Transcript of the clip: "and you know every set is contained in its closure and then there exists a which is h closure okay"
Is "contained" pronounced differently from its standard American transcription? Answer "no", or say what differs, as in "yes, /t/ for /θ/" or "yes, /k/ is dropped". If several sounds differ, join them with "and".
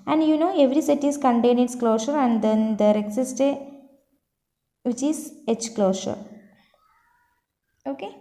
yes, /d/ is dropped